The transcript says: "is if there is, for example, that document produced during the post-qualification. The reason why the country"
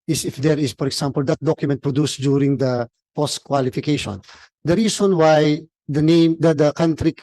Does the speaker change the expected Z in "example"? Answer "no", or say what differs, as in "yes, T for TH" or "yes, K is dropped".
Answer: yes, S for Z